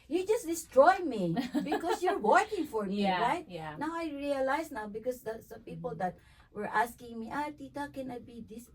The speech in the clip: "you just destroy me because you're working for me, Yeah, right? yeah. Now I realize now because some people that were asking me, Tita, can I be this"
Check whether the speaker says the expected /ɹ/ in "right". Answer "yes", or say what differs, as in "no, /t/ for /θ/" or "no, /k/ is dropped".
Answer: yes